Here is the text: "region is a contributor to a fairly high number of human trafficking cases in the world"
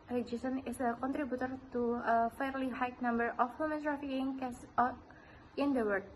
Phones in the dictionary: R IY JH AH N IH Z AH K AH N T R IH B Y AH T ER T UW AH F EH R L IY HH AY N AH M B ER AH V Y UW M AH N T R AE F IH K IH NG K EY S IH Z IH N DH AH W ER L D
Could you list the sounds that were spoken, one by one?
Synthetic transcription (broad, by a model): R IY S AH N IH S AH K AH N T R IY B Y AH T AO T UW AH F EH R L IY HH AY N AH M B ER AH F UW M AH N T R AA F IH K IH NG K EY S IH IH N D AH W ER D